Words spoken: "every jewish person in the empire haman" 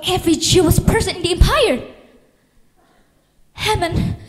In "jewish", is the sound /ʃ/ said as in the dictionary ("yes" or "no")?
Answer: no